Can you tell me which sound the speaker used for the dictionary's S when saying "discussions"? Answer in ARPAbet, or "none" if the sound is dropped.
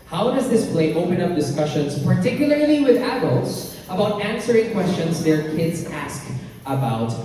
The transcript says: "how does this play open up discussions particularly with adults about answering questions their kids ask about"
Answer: S